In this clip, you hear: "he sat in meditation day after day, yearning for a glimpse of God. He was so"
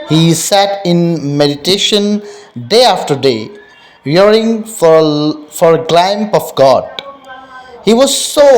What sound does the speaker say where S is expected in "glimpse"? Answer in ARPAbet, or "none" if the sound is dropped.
none